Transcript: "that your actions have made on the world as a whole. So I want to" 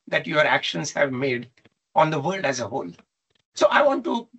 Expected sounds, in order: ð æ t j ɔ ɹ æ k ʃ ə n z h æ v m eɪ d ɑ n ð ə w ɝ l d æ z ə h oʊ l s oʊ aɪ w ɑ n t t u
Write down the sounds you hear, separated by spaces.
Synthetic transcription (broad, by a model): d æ t j ɔ ɹ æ k ʃ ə n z h æ v m eɪ d ɑ n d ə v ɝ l d æ z ə h oʊ l s oʊ aɪ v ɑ n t t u